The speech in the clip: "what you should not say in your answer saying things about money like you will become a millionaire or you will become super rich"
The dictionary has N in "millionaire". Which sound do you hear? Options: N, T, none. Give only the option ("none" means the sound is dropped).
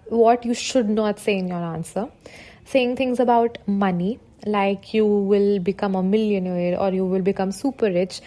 N